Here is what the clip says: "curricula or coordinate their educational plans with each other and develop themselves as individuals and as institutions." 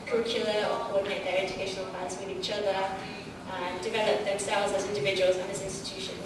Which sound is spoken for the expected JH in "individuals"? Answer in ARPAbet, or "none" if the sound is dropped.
JH